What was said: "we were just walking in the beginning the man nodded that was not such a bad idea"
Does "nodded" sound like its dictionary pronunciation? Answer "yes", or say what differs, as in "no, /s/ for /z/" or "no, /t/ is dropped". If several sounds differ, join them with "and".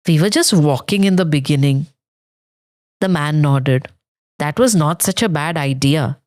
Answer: yes